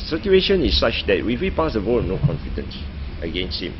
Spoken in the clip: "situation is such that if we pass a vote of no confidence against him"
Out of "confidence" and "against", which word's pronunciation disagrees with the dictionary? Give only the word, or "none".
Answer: none